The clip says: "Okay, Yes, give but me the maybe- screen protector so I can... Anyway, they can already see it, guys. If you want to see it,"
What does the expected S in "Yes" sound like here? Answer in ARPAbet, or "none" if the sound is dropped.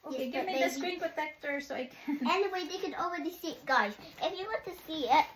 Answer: none